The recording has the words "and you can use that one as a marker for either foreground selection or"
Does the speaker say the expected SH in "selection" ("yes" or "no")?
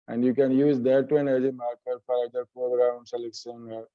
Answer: no